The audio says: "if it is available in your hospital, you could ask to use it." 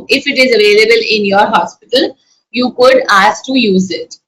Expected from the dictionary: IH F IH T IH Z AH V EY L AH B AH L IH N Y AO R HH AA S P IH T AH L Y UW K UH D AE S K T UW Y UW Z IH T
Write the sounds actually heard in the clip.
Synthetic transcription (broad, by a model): IH F IH T IH Z AH V EY L AH B AH L IH N Y AO R HH AA S P IH T AH L Y UW K UH D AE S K T UW Y UW Z IH T